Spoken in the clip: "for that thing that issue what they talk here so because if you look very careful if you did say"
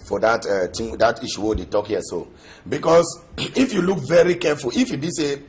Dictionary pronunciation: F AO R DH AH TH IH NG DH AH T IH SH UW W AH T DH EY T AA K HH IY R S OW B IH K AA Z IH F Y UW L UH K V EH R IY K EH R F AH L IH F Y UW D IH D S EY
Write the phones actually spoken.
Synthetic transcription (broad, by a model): F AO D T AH T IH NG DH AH T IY SH UW W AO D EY T AA K HH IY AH S OW B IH K AA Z IH F Y UW L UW K V EH R IY K EH F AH L IH F Y UW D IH S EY